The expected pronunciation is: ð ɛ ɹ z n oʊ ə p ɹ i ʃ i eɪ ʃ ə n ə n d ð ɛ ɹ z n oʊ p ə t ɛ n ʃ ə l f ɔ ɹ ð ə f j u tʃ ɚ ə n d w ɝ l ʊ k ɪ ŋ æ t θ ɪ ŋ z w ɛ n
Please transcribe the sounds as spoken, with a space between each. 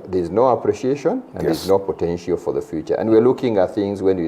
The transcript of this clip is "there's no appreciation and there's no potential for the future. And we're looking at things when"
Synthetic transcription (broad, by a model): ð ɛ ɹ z n oʊ ə p ɹ i ʃ i eɪ ʃ ə n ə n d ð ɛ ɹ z n oʊ p ə t ɛ n ʃ ə l f ɔ ɹ ð ə f j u tʃ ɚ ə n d w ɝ l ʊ k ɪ ŋ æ t θ ɪ ŋ z w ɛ n